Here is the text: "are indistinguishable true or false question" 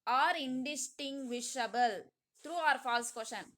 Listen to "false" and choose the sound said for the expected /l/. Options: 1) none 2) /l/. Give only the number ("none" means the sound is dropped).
2